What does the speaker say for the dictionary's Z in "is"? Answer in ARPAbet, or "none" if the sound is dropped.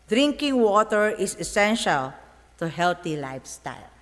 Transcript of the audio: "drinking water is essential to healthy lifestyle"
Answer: S